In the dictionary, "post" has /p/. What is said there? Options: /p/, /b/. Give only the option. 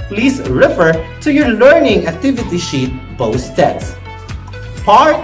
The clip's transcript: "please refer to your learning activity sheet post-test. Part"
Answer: /b/